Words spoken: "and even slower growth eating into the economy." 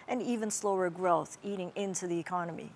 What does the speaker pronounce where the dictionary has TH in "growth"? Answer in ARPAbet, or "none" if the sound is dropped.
TH